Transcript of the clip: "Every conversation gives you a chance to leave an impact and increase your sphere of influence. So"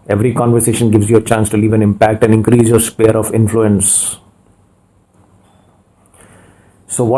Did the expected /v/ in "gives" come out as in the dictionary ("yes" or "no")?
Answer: yes